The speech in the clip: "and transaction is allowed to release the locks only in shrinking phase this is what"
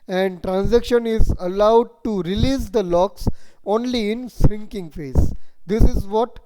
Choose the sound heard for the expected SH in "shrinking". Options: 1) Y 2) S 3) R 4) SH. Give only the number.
2